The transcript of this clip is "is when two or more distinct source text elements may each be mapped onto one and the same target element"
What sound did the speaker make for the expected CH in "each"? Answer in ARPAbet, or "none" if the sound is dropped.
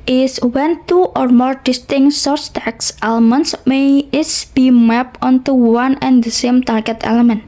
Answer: S